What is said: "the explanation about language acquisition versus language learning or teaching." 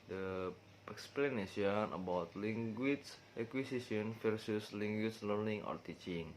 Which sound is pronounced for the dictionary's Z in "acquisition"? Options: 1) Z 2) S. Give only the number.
2